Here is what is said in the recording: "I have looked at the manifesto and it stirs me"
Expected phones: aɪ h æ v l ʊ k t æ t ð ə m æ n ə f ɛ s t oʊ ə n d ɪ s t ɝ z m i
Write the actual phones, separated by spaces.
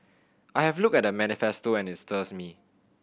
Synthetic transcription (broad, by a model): aɪ h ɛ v l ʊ k ɛ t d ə m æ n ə f ɛ s t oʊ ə n ɪ s t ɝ s m i